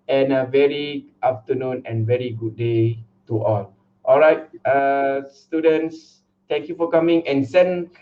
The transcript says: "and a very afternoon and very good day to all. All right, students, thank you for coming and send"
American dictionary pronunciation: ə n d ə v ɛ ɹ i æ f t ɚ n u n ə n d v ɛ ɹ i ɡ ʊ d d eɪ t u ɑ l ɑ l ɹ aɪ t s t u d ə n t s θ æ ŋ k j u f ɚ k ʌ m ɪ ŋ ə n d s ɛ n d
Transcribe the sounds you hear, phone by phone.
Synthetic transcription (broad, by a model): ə n ə v ɛ ɹ i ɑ f t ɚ n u n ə n v ɛ ɹ i ɡ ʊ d d eɪ t u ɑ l ɑ l ɹ aɪ t s t u d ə n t s t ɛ ŋ k j u f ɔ k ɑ m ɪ ŋ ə n s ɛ n